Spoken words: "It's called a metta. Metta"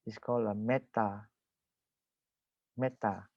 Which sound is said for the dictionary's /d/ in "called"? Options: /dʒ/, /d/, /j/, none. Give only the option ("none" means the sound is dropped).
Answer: none